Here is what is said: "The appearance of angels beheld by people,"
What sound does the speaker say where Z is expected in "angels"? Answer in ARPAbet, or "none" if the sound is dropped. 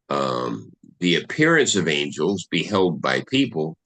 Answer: Z